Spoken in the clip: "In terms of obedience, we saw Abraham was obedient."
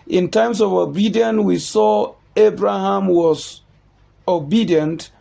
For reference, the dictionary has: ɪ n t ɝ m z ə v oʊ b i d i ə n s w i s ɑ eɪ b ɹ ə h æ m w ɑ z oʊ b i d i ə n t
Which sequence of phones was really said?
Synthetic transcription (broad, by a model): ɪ n t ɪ m s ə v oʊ b i d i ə n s w i s ɑ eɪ b ɹ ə h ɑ m w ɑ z oʊ b i d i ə n t